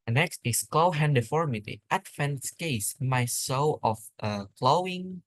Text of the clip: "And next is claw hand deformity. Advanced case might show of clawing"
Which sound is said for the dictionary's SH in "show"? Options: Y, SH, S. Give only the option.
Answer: S